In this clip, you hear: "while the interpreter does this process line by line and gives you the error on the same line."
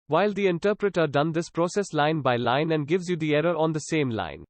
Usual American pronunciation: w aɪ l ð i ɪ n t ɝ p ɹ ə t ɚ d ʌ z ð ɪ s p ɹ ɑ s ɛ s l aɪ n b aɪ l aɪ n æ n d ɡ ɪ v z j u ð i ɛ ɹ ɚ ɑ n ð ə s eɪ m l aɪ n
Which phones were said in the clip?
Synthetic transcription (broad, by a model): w aɪ l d i ɪ n t ɝ p ɹ ə t ɚ d ʌ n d ɪ s p ɹ ɑ s ɛ s l aɪ n b aɪ l aɪ n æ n d ɡ ɪ v z j u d i ɛ ɹ ɚ ɑ n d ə s eɪ m l aɪ n